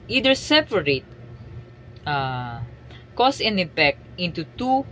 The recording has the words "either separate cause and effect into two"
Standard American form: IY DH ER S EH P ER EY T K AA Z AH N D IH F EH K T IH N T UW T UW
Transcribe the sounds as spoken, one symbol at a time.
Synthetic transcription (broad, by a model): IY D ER S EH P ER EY T K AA S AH N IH P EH K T IH N T UW T UW